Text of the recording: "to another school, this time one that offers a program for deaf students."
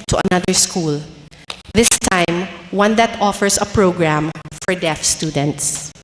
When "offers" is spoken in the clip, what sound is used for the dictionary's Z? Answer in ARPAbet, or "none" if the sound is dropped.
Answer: S